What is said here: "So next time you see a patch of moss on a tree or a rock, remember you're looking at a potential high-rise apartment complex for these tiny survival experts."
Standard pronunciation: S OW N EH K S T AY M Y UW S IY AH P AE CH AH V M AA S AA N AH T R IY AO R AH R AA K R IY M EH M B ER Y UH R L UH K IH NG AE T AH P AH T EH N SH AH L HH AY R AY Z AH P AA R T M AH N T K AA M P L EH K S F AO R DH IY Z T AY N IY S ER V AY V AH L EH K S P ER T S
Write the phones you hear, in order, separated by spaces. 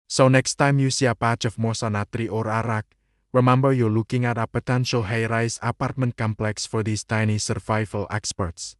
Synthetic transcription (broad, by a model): S OW N EH K S T AY M Y UW S IY AH P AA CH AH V M AA S AA N AH T R IY AO R AH R AA K R IY M EH M B ER Y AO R L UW K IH NG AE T AH P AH T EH N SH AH L HH AY R AY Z AH P AA R T M AH N T K AA M P L EH K S F AO R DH IY S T AY N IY S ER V AY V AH L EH K S P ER T S